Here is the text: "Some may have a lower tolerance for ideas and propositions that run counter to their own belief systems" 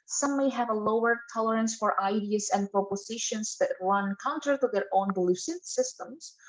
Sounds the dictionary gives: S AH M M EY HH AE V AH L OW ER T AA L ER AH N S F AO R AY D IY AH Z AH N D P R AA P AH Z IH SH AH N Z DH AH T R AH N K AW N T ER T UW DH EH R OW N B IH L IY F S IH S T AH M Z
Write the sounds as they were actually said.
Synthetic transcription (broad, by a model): S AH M M EY HH AE V AH L OW ER T AA L ER AH N S F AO R AY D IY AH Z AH N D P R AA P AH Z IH SH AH N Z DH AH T R AH N K AW N T ER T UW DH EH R OW N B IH L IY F S IH S T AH M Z